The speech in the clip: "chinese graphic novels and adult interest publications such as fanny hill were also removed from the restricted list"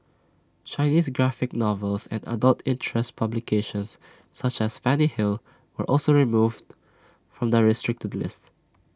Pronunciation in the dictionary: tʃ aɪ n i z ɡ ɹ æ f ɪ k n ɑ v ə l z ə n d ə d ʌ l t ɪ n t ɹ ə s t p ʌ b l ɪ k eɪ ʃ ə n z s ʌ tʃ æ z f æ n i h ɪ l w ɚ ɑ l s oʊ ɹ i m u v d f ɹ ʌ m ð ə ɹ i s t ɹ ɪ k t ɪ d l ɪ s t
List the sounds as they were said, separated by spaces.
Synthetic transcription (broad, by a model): tʃ aɪ n i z ɡ ɹ æ f ɪ k n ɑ v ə l s ə n d ə d ʌ l t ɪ n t ɹ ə s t p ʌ b l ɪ k eɪ ʃ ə n s ʌ tʃ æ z f æ n i h ɪ l w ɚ ɑ l s oʊ ɹ i m u v d f ɹ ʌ m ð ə ɹ i s t ɹ ɪ k t ɪ d l ɪ s t